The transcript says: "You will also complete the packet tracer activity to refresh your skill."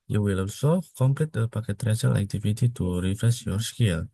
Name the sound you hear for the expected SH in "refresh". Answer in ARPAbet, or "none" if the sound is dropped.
S